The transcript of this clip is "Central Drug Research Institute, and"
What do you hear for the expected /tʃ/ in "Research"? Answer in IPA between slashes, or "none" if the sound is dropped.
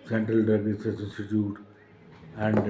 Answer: /s/